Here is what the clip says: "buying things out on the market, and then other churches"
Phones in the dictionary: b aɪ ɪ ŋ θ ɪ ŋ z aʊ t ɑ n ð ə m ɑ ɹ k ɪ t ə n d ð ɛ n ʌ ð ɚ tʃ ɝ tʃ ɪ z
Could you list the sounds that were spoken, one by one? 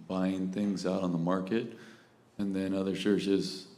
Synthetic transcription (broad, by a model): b aɪ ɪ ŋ θ ɪ ŋ z aʊ t n ð ə m ɑ ɹ k ɪ t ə n ð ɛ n ʌ ð ɚ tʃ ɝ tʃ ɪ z